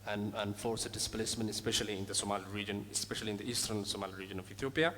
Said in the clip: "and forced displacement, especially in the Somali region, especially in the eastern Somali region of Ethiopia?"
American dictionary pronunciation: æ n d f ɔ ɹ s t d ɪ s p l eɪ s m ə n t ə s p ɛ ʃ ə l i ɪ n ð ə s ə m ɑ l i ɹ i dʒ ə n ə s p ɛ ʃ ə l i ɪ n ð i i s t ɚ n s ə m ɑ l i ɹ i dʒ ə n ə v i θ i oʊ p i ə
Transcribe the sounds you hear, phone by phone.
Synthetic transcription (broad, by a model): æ n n f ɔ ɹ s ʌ d ɪ s p l eɪ s m ə n t ə s p ɛ ʃ ə l i ɪ n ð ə s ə m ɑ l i ɹ i dʒ ə n ə s p ɛ ʃ ə l i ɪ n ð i i s t ɚ n s ə m ɑ l i ɹ i dʒ ə n ə v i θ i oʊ p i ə